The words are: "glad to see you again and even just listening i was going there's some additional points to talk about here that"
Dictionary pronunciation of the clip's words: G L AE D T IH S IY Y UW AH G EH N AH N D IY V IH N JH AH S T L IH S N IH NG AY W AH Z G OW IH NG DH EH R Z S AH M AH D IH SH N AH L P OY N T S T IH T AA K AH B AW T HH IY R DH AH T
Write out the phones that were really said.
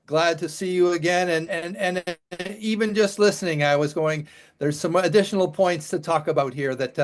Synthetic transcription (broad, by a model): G L AE D T IH S IY Y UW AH G EH N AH N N IY V IH N JH AH S T L IH S N IH NG AY W AH Z G OW IH NG DH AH R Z S AH M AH D IH SH N L P OY N T S T IH T AA K AH B AW T HH IY R DH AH T